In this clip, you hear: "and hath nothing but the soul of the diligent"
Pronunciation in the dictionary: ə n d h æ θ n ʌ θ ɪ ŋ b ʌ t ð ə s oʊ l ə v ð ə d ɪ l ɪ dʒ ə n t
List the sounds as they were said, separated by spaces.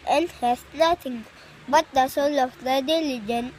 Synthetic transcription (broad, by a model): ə n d h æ s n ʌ t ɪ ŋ b ʌ t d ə s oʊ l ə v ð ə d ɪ l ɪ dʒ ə n